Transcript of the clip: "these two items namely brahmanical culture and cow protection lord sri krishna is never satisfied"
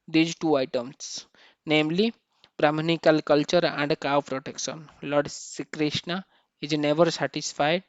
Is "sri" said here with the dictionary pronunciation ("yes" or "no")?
no